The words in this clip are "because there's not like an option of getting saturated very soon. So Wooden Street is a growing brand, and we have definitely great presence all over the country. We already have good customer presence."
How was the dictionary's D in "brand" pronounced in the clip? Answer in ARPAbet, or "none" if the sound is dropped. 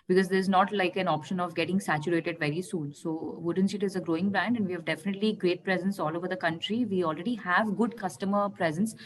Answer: D